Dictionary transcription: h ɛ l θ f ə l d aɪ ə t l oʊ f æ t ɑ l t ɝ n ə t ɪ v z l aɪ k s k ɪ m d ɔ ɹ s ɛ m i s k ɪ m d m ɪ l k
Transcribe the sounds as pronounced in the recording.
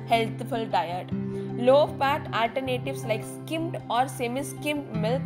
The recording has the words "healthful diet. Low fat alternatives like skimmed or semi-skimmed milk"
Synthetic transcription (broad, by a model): h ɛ l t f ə l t aɪ ə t l oʊ p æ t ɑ l t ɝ n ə t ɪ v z l aɪ k s k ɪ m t ɔ ɹ s ɛ m i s k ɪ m m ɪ l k